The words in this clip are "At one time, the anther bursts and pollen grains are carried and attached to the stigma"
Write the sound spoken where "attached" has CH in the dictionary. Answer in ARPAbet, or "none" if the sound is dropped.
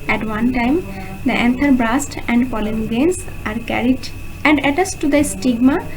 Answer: S